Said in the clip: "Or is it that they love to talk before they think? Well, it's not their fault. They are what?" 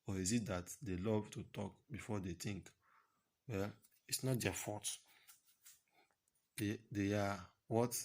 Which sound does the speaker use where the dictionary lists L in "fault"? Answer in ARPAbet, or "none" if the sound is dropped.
none